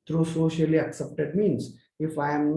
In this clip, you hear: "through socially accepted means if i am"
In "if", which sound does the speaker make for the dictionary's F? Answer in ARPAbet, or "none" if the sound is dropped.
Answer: F